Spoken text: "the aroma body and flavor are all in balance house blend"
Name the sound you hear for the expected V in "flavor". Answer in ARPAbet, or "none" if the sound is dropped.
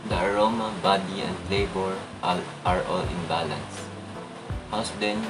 B